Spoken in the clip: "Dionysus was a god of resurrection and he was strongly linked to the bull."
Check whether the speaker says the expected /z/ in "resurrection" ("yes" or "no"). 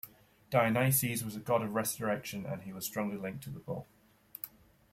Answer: no